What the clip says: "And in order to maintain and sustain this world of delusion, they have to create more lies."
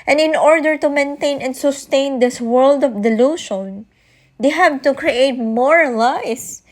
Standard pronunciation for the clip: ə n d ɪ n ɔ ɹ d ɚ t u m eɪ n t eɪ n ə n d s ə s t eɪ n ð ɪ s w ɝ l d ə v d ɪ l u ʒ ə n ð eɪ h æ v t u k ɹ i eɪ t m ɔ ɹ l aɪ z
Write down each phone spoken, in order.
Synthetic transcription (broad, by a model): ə n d ɪ n ɔ ɹ d ɚ t u m eɪ n t eɪ n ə n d s ə s t eɪ n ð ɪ s w ɝ l d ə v d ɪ l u ʃ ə n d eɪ h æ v t u k ɹ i eɪ t m ɔ ɹ l aɪ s